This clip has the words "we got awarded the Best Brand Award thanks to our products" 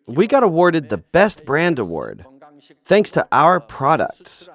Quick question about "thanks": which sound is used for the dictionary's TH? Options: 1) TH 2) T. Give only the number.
1